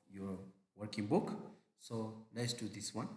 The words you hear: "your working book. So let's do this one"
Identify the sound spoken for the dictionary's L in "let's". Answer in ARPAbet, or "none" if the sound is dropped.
N